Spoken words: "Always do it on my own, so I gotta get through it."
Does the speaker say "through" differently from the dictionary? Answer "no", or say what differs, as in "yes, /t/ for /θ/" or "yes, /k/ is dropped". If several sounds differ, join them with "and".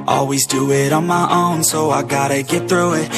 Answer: no